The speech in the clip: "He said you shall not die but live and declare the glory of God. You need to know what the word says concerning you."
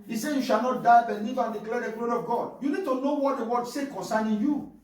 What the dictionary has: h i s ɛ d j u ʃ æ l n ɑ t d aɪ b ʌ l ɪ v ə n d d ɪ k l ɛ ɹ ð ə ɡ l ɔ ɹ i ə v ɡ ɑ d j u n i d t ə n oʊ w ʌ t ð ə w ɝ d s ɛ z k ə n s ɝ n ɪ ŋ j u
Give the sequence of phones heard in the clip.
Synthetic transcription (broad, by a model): i s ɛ j u ʃ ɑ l n ɑ t d aɪ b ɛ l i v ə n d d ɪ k l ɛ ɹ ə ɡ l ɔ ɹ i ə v ɡ ɑ d j u n i d t ə n oʊ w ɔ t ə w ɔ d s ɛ k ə n s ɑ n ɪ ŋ j u